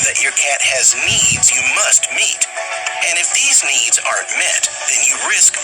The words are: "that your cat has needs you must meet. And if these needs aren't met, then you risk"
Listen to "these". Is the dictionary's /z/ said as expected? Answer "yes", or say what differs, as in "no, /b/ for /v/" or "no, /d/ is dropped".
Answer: yes